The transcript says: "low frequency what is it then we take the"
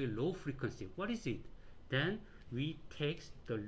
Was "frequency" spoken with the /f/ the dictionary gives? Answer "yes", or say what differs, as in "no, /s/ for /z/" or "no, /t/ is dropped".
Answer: yes